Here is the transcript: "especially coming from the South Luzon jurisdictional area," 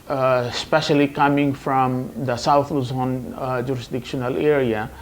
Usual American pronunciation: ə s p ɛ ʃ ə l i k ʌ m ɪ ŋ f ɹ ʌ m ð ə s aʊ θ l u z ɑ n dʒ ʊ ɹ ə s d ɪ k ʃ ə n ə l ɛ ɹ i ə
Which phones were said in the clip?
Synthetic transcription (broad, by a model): s p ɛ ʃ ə l i k ʌ m ɪ ŋ f ɹ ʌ m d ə s aʊ t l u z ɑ n dʒ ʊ ɹ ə s d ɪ k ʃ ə n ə l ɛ ɹ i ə